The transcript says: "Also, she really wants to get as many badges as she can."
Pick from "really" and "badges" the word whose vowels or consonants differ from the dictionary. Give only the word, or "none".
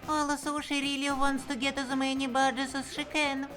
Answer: badges